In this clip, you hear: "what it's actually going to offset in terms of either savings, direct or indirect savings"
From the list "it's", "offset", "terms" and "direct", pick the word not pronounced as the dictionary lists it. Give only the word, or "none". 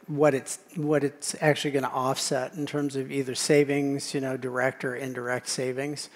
none